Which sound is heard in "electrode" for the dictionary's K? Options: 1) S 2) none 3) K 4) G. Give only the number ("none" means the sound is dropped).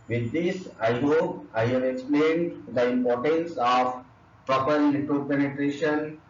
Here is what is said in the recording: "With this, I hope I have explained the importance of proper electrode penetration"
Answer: 2